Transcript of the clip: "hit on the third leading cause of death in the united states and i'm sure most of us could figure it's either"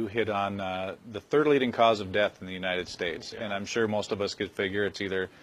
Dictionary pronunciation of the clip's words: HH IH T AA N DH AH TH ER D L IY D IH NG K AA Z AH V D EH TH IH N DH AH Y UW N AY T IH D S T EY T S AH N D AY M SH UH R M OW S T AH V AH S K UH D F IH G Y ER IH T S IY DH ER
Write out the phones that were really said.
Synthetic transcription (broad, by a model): HH IH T N DH AH TH ER D L IY D IH NG K AA Z AH V D EH TH N DH AH Y UW N AY T IH D S T EY T S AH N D AY M SH UH R M OW S T AH V AH S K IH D F IH G Y ER IH T S IY DH ER